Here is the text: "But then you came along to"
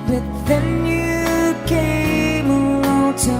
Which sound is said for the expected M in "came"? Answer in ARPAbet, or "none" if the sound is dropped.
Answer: none